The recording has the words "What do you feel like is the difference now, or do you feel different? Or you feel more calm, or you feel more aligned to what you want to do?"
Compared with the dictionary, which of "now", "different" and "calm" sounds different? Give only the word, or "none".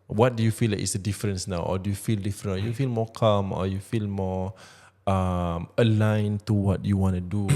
different